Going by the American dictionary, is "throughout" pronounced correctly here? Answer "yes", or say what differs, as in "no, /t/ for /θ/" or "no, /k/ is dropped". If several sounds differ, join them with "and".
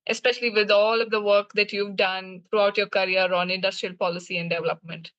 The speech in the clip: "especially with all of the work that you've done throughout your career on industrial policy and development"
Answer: no, /t/ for /θ/